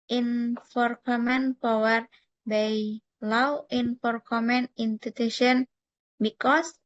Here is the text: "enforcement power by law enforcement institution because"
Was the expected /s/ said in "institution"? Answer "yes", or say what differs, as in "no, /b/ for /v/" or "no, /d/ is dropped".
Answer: no, /s/ is dropped